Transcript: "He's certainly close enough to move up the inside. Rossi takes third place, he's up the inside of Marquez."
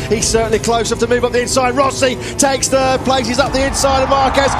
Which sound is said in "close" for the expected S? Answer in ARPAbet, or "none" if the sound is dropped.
none